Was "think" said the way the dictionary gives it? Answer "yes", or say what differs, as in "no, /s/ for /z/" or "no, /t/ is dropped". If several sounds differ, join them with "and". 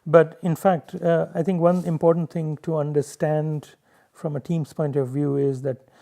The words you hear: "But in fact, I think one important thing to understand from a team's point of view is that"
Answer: no, /t/ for /θ/